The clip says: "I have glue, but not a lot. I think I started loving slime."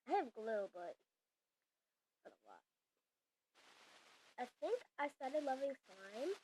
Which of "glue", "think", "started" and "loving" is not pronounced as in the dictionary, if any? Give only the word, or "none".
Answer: none